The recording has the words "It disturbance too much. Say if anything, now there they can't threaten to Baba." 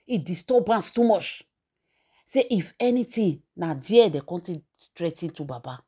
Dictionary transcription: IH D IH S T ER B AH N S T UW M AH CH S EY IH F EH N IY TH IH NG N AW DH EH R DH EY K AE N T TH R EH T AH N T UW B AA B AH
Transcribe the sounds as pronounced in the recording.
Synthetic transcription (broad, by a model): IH D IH S T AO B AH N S T UW M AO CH S EY IH F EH N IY T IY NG N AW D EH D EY K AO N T T R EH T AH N T UW B AA B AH